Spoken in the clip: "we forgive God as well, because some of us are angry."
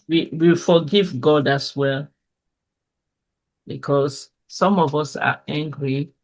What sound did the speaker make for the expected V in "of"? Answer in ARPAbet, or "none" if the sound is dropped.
V